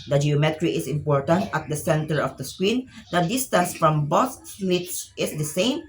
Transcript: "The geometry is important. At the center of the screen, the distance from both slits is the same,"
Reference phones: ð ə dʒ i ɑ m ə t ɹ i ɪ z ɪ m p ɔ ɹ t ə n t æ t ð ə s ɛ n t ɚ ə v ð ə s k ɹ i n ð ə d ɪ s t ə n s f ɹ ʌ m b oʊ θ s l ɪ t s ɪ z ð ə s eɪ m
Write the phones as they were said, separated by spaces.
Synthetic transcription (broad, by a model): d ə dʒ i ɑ m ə t ɹ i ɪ s ɪ m p ɔ ɹ t ə n t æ t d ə s ɛ n t ɚ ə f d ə s k ɹ i n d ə d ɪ s t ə n s f ɹ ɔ m b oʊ s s l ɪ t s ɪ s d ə s eɪ m